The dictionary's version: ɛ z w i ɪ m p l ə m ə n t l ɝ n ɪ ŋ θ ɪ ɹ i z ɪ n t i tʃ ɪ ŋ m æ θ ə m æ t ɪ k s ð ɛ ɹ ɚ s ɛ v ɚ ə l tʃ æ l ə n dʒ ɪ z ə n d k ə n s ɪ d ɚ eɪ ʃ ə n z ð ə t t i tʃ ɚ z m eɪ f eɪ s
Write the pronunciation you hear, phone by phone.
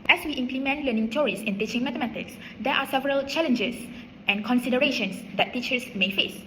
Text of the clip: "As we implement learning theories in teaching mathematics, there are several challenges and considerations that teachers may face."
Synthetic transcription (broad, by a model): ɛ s w i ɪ m p l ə m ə n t l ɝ n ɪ ŋ t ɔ ɹ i s ɪ n t i tʃ ɪ ŋ m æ t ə m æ t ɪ k s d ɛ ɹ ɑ s ɛ v ɚ ə l tʃ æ l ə n dʒ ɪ s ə n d k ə n s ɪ d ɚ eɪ ʃ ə n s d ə t t i tʃ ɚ s m eɪ f eɪ s